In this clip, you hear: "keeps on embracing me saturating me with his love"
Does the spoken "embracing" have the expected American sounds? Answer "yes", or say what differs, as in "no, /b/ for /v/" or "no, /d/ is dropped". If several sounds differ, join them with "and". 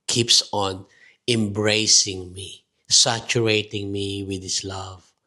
yes